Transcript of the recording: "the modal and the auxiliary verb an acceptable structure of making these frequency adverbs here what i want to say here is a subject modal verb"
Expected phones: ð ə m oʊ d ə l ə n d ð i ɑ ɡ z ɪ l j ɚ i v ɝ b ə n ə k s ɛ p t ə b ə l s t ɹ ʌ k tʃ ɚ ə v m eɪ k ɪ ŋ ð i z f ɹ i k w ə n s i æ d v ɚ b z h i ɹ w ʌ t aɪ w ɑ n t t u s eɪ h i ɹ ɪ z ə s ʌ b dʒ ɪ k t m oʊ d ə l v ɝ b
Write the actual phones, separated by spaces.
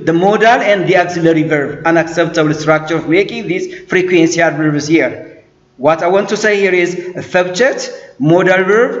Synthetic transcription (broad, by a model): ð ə m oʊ d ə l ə n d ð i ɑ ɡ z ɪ l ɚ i v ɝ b ə n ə k s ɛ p t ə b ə l s t ɹ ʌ k tʃ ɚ ə v m eɪ k ɪ ŋ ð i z f ɹ i k w ə n s i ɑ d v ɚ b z h i ɹ w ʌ t aɪ w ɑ n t t u s eɪ h i ɹ ɪ z ə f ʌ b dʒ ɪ t m oʊ d ə l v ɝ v